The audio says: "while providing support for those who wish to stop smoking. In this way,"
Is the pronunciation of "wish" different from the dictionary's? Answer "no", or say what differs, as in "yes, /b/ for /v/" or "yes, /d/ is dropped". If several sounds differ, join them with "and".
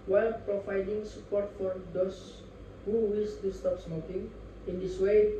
yes, /s/ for /ʃ/